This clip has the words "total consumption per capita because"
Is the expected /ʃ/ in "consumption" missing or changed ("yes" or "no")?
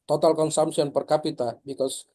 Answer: yes